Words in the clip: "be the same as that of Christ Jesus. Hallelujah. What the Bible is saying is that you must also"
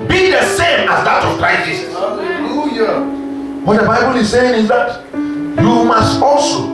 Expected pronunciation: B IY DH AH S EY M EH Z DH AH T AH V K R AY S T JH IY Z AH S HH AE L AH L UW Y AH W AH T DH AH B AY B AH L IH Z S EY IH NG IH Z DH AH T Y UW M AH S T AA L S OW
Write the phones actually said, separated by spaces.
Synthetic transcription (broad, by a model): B IY DH AH S EY M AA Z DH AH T AH V K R AY S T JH IY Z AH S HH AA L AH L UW Y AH W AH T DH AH B AY B AH L IH Z S EY IH NG IH Z DH AH T Y UW M AH S T AA L S OW